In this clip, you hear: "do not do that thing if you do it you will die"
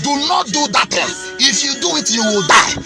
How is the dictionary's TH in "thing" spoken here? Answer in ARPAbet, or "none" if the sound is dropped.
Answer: T